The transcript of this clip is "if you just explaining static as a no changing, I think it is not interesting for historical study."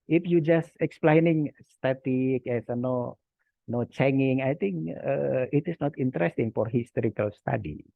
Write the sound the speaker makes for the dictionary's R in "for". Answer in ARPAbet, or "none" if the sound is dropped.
R